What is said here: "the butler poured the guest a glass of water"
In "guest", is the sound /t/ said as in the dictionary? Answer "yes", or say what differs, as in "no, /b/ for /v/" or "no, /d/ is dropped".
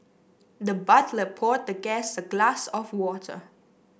no, /t/ is dropped